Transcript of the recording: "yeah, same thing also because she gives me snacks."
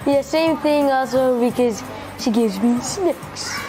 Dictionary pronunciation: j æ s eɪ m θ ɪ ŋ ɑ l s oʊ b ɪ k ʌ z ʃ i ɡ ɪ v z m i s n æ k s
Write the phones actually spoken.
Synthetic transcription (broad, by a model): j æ s eɪ m θ ɪ ŋ ɑ l s oʊ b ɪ k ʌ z ʃ i ɡ ɪ v z m i s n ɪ k s